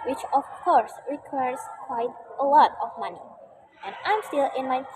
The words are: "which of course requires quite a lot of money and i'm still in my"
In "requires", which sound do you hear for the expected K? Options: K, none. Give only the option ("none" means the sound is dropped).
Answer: K